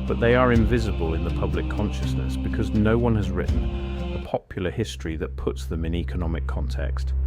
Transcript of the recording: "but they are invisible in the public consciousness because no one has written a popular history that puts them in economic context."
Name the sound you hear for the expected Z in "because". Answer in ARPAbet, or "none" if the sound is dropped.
Z